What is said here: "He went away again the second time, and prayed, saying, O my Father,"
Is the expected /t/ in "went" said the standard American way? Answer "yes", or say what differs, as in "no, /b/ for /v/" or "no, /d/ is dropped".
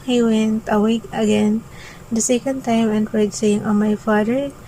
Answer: yes